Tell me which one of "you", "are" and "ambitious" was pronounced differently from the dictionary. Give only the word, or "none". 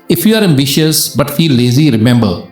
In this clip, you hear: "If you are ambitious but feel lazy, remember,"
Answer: none